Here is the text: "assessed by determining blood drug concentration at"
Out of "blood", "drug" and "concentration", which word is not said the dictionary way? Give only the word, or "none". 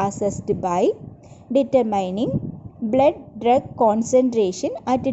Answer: none